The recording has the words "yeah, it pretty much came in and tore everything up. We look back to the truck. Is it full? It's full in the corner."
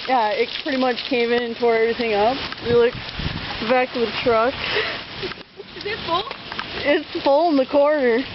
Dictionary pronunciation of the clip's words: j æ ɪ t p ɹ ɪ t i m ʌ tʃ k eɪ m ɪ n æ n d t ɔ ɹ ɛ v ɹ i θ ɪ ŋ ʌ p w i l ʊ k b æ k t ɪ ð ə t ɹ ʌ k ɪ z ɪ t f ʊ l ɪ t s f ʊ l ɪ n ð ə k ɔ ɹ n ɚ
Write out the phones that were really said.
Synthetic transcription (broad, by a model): j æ ɪ t p ɹ ɪ t i m ʌ tʃ k eɪ m ɪ n n t ɔ ɹ ɛ v ɹ i θ ɪ ŋ ʌ p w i l ʊ k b æ k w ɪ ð t ɹ ʌ k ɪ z ɪ t f ʊ l ɪ t s f ʊ l ɪ n ð ə k ɔ ɹ n ɚ